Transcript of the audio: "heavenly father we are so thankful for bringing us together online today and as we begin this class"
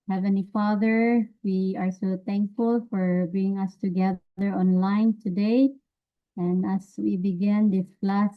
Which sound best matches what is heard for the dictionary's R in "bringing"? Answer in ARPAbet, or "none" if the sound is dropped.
none